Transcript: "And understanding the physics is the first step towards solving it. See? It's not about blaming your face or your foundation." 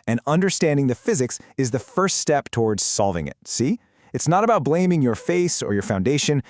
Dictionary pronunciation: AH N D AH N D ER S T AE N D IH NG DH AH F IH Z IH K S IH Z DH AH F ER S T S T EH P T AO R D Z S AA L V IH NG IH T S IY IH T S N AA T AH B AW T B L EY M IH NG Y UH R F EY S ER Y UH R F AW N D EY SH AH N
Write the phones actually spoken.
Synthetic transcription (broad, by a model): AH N AH N D ER S T AE N D IH NG DH AH F IH Z IH K S IH Z DH AH F ER S T S T EH P T AO R D Z S AA L V IH NG IH T S IY IH T S N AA T AH B AW T B L EY M IH NG Y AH R F EY S ER Y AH R F AW N D EY SH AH N